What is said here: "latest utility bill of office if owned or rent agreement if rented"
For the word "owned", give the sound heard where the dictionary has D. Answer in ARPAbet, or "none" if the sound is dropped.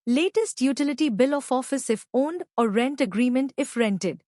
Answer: D